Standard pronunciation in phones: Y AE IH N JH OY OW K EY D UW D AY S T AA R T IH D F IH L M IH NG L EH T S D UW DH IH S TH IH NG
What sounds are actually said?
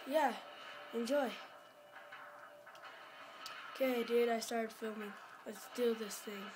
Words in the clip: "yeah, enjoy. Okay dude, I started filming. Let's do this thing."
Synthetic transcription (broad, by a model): Y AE IH N JH OY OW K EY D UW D AY S T AA R T IH D F IH L M IH NG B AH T S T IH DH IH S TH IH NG